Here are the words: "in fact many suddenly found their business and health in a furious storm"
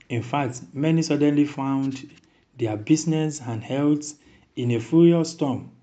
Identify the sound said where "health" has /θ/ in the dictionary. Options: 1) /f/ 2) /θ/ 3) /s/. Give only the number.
3